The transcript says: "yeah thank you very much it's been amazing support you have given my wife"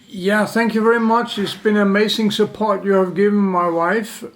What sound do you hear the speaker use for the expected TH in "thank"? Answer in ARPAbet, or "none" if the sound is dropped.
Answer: TH